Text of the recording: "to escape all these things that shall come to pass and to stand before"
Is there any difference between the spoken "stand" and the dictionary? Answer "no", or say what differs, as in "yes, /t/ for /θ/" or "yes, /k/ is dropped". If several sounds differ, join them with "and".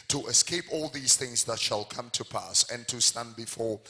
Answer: no